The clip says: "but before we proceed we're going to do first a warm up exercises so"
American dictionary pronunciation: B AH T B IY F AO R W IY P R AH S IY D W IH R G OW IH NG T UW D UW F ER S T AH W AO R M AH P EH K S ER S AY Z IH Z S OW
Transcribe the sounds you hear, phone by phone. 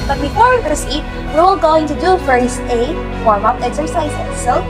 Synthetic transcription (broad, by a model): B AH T B IY F AO R W IY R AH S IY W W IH L G OW IH NG T UW D UW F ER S AH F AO R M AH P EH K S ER S AY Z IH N S OW